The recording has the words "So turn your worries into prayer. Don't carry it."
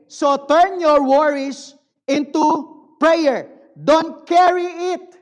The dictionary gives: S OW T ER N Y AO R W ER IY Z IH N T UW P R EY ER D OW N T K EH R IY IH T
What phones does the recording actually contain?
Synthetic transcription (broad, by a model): S OW T ER N Y AO R W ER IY S IH N T UW P R EY ER D OW N T K EH R IY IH T